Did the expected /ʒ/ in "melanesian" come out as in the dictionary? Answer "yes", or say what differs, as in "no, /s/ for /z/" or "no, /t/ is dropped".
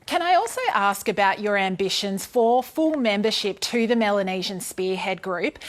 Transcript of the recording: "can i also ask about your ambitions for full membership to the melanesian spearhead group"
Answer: yes